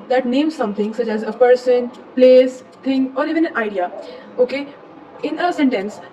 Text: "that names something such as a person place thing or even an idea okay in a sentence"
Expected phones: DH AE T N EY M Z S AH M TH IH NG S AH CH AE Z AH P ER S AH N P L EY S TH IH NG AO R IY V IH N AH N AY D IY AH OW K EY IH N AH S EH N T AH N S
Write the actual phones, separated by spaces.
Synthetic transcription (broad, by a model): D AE T N EY M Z S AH M T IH NG S AH CH AE Z AH P ER S AH N P L EY S T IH NG AO R IY V IH N AH N AY D IY AH OW K EY IH N AH S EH N T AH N S